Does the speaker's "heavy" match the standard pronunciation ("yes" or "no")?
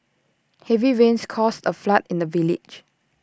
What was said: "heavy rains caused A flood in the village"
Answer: yes